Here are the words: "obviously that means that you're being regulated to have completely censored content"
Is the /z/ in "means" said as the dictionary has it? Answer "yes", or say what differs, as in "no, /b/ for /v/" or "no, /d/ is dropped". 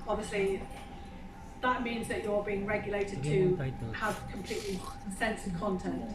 yes